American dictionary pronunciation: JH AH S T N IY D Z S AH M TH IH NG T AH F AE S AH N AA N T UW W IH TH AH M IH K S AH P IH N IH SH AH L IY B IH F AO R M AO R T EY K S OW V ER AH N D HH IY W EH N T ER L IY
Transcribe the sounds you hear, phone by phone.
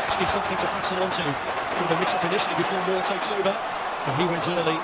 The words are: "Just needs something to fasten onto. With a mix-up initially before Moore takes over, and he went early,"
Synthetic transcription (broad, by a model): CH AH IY S AH M TH IH NG T AH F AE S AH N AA N T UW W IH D AH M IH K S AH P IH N IH SH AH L IY B IH F AO R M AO L T EY K S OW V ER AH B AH HH IY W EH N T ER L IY